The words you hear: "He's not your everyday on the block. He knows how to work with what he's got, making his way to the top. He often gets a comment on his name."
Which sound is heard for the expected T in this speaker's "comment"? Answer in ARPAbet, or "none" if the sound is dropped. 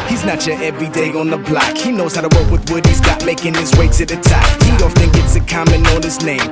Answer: none